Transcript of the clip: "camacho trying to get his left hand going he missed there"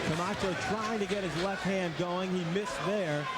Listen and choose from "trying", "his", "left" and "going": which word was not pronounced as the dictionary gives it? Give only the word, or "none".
none